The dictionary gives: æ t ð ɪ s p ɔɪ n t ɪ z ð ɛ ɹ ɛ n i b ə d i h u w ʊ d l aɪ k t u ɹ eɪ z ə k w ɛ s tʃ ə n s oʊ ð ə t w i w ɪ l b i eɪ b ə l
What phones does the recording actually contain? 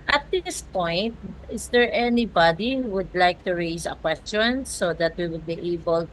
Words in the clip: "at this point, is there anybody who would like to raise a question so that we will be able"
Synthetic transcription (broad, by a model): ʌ t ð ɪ s p ɔɪ n t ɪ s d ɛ ɹ ɛ n i b ə d i h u w ʊ d l aɪ k t u ɹ eɪ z ə k w ɛ s tʃ ə n s oʊ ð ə t w i w ɪ l b i eɪ b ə l